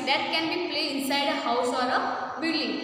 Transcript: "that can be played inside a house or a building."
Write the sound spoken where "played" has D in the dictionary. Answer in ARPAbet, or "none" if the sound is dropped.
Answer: none